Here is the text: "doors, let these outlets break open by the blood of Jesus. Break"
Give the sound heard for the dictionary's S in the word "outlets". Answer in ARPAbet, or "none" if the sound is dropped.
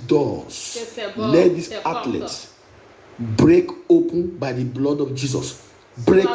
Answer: none